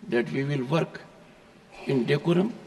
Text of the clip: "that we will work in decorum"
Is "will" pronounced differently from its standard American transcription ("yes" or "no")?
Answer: no